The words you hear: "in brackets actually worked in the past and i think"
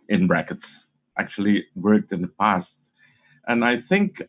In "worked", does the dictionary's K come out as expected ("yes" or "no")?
yes